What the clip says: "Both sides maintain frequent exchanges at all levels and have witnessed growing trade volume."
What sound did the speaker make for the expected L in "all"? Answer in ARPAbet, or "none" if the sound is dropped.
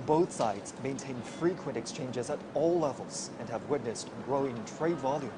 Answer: L